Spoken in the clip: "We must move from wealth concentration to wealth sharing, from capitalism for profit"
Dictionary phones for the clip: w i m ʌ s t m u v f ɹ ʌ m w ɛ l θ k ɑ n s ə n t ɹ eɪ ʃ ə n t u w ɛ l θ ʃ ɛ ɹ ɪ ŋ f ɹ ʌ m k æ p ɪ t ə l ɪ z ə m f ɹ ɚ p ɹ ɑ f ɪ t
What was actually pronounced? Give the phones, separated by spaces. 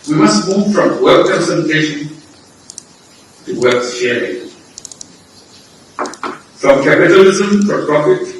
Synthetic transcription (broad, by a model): w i m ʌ s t m u v f ɹ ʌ m w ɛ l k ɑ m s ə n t eɪ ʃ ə n t u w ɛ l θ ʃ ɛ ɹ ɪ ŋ f ɹ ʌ m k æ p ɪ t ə l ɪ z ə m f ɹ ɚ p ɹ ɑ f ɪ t